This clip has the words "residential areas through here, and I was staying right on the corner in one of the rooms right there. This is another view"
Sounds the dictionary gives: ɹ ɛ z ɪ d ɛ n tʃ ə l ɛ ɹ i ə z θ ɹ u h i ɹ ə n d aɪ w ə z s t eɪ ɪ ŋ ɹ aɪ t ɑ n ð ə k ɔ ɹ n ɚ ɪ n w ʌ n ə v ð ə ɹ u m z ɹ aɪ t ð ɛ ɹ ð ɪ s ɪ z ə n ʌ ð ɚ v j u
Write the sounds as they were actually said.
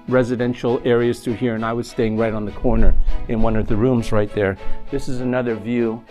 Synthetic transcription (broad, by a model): ɹ ɛ z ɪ d ɛ n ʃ l ɛ ɹ i ə z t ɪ h i ɹ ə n aɪ w ə z s t eɪ ɪ ŋ ɹ aɪ t n ð ə k ɔ ɹ n ɚ ɪ n w ʌ n ə v ð ə ɹ u m z ɹ aɪ t ð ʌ ɹ ð ɪ s ɪ z ə n ʌ ð ɚ v j u